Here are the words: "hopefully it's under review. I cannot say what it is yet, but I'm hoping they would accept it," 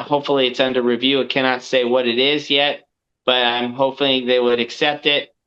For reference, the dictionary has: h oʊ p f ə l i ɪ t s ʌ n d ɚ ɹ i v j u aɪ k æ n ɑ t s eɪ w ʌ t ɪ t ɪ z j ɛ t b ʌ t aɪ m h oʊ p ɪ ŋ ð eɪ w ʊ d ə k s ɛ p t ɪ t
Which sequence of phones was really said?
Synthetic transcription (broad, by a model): h oʊ p f l i ɪ t s ʌ n d ɚ ɹ i v j u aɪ k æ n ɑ t s eɪ w ʌ t ɪ t ɪ z j ɛ t b ʌ t aɪ m h oʊ p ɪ ð eɪ w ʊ d ə k s ɛ p t ɪ t